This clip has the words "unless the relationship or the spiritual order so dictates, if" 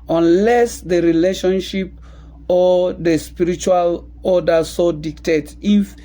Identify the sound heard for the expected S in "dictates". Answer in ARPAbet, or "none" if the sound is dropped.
none